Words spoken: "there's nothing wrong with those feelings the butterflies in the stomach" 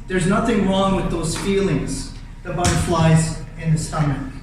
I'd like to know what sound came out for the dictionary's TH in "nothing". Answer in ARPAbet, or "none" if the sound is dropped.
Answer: TH